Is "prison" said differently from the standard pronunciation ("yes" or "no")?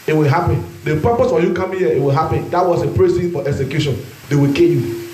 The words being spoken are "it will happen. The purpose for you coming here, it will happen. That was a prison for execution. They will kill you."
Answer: yes